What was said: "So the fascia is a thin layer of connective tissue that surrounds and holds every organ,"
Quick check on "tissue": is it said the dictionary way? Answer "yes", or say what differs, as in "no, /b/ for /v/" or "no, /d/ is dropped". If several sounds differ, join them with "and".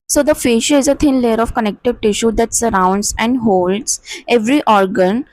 yes